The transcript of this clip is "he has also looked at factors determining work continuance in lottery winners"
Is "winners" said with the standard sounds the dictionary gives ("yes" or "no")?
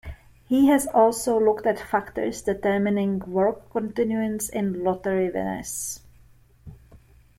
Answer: no